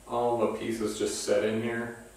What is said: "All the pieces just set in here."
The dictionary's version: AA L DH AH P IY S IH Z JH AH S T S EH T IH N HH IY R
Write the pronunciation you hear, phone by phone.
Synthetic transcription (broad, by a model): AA L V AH P IY S IH Z JH AH S T S EH T IH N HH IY R